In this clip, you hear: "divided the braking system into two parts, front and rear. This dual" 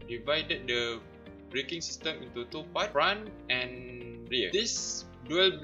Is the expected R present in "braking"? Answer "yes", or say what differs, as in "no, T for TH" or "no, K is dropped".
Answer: yes